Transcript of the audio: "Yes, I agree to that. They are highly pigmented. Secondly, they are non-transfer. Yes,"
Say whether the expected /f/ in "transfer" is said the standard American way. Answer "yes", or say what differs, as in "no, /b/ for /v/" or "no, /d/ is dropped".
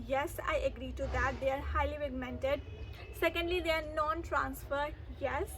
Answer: yes